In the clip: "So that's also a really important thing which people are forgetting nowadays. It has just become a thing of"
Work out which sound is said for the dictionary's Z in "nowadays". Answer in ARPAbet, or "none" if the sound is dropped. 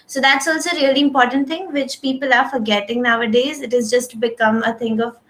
Z